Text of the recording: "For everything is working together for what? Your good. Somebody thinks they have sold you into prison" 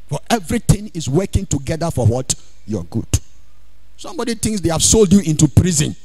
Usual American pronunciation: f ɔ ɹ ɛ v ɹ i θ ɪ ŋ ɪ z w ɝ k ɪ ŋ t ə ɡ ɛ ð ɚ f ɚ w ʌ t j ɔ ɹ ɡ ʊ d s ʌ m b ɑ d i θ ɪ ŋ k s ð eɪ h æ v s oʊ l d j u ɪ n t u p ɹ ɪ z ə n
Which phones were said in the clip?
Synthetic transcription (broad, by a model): f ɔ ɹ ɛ v ɹ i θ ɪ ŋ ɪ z w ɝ k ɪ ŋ t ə ɡ ɛ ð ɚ f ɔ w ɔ t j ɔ ɡ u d s ʌ m b ɑ d i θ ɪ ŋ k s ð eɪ h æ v s oʊ l d j u ɪ n t u p ɹ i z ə n